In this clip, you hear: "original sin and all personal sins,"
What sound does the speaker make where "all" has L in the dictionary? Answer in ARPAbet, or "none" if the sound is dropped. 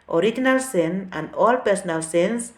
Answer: L